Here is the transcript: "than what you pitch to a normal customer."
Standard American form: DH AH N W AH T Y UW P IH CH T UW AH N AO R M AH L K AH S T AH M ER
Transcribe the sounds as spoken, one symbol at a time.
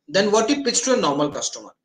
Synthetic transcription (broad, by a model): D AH N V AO T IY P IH S T UW AH N AO R M AH L K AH S T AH M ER